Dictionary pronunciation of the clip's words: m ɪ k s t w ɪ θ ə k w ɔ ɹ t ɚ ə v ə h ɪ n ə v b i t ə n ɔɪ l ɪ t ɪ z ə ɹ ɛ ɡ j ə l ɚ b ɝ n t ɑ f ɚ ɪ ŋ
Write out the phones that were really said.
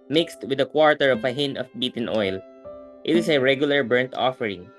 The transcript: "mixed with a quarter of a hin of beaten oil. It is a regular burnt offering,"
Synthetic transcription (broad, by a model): m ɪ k s t w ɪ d ə k w ɔ ɹ t ɚ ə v ə h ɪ n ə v b i t ə n ɔɪ l ɪ t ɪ s ə ɹ ɛ ɡ j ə l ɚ b ɝ n t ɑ f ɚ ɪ ŋ